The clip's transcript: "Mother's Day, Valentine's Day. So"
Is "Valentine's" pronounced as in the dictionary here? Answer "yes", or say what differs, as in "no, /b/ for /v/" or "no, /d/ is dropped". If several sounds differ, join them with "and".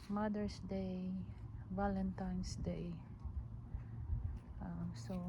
no, /s/ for /z/